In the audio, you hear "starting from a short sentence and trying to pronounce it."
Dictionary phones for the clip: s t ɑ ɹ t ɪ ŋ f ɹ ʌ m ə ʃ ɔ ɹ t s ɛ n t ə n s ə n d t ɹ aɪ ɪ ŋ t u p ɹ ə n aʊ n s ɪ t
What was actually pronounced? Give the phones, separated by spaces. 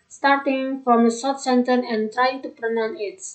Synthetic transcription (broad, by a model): s t ɑ ɹ t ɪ ŋ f ɹ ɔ m ə s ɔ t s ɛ n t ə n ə n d t ɹ aɪ ɪ ŋ t u p ɹ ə n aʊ n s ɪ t